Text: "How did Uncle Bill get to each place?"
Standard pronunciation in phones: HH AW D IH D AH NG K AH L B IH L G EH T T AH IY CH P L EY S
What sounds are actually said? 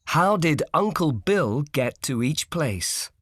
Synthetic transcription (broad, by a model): HH AW D IH D AH NG K AH L B IH L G EH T T AH IY CH P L EY S